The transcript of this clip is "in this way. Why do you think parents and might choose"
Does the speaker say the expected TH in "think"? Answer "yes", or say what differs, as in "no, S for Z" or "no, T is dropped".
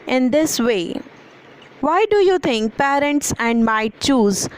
no, T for TH